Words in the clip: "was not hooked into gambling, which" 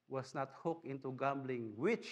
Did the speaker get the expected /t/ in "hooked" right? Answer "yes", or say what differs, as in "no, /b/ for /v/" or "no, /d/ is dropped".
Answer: no, /t/ is dropped